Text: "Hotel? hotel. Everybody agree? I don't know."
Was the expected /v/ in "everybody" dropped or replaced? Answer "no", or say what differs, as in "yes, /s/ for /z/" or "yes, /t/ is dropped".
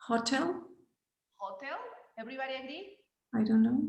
yes, /b/ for /v/